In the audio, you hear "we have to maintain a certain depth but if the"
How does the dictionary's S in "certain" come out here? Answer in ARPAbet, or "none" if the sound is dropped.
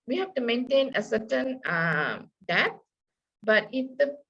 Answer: S